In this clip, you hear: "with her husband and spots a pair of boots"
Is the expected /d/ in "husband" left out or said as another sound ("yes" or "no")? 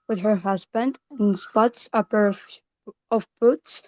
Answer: no